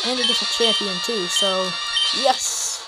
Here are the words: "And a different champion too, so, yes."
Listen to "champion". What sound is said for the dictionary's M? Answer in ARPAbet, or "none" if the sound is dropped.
none